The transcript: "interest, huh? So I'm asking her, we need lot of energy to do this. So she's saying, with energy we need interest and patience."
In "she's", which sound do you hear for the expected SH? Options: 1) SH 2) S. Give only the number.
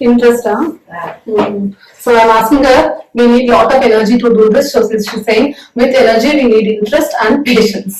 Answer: 2